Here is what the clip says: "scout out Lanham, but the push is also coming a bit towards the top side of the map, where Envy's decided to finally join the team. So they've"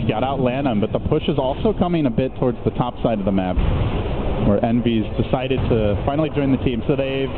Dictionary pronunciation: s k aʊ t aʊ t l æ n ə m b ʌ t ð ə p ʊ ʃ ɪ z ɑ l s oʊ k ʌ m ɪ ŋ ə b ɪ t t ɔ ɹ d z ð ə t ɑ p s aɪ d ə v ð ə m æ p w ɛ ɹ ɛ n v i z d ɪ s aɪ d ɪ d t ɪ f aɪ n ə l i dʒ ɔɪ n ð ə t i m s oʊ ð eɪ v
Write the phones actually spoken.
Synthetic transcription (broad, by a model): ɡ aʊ t aʊ t l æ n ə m b ʌ t ð ə p ʊ ʃ ɪ z ɑ l s oʊ k ʌ m ɪ ŋ ə b ɪ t t ɔ ɹ d z ð ə t ɑ p s aɪ d ə v ð ə m æ p w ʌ ɹ ɛ n v i z d ɪ s aɪ d ɪ d t ɪ f aɪ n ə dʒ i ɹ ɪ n ð ə t i m s oʊ ð eɪ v